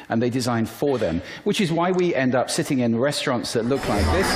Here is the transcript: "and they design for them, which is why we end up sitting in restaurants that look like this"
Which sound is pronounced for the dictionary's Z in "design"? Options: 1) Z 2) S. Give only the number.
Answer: 1